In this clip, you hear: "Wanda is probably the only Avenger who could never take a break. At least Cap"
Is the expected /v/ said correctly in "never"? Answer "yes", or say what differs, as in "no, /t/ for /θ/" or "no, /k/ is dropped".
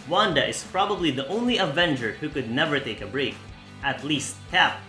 yes